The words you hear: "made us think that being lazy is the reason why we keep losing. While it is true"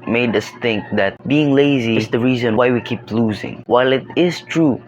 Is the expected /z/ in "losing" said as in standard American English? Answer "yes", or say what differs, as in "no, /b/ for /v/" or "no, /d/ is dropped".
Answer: yes